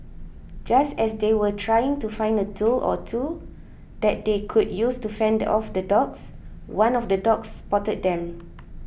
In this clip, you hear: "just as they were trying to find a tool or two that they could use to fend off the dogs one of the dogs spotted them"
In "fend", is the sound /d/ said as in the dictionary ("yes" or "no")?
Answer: yes